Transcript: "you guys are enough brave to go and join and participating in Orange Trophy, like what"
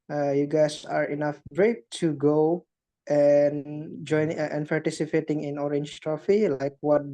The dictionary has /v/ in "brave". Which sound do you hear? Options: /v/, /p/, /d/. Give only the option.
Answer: /p/